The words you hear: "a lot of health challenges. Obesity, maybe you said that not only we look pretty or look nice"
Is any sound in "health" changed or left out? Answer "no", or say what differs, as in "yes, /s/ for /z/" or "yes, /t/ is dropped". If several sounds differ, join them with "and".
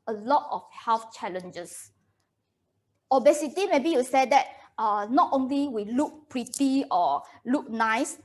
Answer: yes, /f/ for /θ/